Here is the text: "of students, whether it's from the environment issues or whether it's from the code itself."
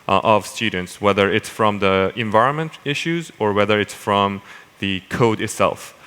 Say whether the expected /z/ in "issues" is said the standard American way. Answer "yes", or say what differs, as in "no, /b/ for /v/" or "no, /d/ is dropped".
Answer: yes